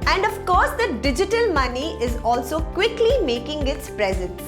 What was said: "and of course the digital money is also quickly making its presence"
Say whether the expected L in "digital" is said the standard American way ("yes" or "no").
yes